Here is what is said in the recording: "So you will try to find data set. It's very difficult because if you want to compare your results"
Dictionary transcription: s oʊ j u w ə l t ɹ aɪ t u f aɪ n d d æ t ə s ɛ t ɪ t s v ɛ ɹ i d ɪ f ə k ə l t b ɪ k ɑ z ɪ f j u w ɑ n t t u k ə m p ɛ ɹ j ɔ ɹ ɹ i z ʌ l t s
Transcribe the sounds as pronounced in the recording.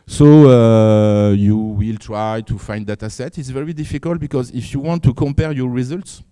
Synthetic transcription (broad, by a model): s oʊ j u w ə l t ɹ aɪ t u f aɪ n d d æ t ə s ɛ t ɪ t s v ɛ ɹ i d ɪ f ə k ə l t b ɪ k ɑ z ɪ f j u w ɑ n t t u k ə m p ɛ ɹ j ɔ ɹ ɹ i z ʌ l t s